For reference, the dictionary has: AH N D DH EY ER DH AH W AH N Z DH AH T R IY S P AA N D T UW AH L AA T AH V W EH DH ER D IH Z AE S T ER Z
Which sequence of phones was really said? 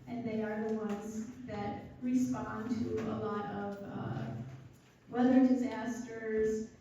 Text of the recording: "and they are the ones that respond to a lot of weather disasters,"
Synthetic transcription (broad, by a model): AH N DH EY ER DH AH W AH N Z DH AH T R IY S P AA N T UW AH L AA T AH V W EH DH ER D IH Z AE S T ER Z